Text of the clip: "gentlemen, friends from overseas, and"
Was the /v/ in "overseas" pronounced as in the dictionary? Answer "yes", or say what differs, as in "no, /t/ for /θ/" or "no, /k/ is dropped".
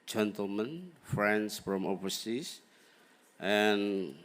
no, /p/ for /v/